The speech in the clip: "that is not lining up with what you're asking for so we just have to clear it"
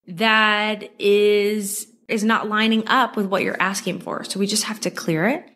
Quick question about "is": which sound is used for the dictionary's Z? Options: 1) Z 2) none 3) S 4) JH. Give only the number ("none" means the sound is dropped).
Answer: 1